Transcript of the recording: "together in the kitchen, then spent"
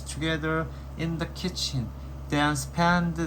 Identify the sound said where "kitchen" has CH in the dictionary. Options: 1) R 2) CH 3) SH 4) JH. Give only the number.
2